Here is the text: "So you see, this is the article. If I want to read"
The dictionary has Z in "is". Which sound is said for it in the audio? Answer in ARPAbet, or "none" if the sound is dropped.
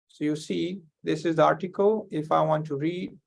Z